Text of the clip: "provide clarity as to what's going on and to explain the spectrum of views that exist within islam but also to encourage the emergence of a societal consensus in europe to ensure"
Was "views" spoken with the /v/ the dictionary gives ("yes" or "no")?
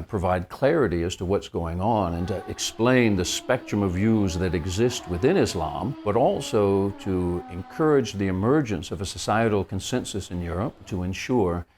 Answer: yes